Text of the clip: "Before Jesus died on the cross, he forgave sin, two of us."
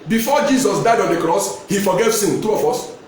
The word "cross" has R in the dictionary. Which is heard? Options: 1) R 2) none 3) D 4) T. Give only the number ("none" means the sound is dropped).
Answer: 1